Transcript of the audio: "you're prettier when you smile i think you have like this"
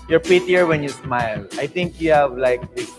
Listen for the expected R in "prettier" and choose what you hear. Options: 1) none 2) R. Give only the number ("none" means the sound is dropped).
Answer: 1